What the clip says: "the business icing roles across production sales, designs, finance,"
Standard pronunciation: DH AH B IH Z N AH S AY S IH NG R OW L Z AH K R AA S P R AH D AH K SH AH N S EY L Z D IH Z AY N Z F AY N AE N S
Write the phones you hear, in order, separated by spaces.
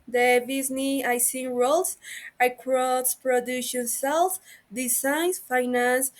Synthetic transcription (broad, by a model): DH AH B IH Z N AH AY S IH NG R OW L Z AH K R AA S P R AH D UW SH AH N S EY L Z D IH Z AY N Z F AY N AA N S